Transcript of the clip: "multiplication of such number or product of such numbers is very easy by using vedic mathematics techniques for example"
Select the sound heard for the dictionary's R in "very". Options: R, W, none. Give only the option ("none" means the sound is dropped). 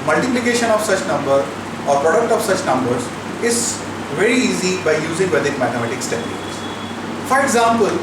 R